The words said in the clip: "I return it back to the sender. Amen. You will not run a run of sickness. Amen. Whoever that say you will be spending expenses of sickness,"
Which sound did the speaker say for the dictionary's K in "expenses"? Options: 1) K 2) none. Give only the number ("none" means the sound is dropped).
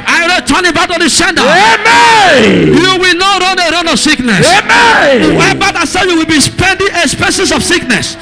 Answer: 2